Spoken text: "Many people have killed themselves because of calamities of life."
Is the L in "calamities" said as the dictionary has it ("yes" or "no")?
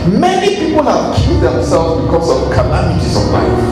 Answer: no